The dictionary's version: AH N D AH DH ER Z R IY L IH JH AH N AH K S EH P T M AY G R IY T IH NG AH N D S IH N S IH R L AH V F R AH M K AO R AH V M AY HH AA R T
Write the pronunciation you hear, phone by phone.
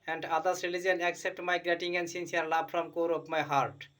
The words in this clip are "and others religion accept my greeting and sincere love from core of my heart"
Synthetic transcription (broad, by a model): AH N D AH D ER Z R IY L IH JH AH N AH K S EH P T M AY G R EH T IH NG AH N D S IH N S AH R L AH B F R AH M K AO R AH P M AY HH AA R T